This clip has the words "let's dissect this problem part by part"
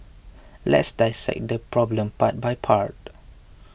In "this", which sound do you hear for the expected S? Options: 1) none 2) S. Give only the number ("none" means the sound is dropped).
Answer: 1